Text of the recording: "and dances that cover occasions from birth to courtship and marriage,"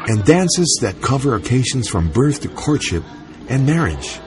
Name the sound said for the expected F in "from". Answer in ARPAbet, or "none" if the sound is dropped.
F